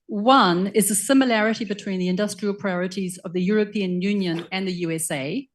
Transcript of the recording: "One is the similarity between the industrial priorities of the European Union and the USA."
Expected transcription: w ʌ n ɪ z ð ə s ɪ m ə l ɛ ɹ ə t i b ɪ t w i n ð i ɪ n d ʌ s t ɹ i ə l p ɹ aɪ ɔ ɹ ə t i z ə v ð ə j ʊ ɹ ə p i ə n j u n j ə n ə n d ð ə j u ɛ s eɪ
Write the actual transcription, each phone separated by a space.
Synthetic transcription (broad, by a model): w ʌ n ɪ z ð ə s ɪ m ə l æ ɹ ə t i b ɪ t w i n ð i ɪ n d ʌ s t ɹ i ə l p ɹ aɪ ɔ ɹ ə t i z ə v ð ə j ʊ ɹ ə p i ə n j u n j ə n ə n ð ə j u ɛ s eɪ